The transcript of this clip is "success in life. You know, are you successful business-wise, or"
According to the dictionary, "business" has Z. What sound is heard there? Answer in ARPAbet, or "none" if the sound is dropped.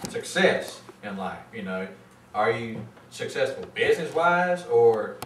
Z